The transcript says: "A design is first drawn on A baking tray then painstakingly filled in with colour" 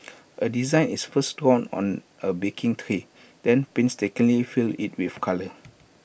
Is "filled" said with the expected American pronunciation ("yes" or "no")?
no